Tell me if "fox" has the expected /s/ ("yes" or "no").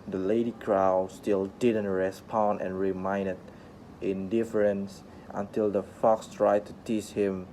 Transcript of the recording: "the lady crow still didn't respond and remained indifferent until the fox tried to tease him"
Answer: yes